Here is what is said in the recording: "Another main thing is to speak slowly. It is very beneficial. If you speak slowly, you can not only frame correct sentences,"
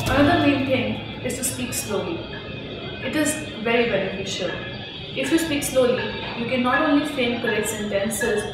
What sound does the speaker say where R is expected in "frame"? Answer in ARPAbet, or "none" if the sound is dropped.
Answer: none